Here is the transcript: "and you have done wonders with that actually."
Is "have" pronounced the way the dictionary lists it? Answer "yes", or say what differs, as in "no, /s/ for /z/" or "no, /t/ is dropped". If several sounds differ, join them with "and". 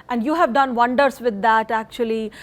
yes